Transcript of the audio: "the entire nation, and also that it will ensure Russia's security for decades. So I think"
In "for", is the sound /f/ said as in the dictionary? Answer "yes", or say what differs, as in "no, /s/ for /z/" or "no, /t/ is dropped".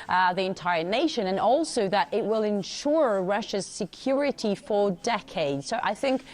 yes